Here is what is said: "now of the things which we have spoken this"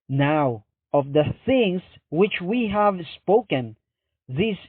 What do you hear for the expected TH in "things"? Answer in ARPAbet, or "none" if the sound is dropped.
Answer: TH